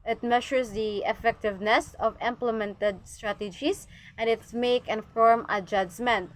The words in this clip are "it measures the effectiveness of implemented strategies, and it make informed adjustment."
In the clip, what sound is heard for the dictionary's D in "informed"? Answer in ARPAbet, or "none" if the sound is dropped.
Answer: none